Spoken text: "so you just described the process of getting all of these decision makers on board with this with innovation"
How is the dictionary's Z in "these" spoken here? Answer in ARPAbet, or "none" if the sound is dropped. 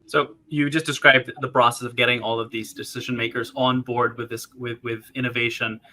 Z